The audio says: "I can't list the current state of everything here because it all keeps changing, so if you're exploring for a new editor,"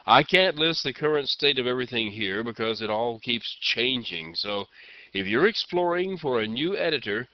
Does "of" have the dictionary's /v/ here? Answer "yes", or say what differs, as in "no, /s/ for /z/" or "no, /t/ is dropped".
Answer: yes